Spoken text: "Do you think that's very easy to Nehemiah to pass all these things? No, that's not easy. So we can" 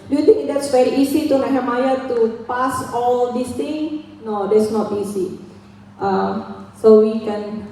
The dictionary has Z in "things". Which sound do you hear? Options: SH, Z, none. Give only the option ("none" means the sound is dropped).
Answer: none